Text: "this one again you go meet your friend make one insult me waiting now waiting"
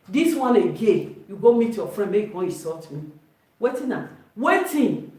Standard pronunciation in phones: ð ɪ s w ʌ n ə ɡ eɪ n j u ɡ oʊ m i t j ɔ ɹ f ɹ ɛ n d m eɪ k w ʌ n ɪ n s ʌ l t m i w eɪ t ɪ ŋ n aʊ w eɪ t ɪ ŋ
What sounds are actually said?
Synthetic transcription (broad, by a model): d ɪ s w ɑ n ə ɡ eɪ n j u ɡ oʊ m i t j ɔ f ɹ ɛ n d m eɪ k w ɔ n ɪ s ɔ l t m i w eɪ t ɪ n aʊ w eɪ t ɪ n